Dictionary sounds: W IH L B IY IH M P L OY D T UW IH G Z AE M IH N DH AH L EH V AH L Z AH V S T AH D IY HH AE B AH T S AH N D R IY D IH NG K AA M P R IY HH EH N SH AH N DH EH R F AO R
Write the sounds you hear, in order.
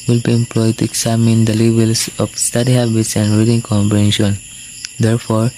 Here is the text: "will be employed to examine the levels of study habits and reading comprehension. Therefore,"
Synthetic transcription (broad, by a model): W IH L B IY IH M P L OY D T UW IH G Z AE M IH N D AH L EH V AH L S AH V S T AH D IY HH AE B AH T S AH N D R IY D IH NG K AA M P IY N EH SH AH N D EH R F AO R